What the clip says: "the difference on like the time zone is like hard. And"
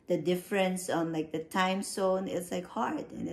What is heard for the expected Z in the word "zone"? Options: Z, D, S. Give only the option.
S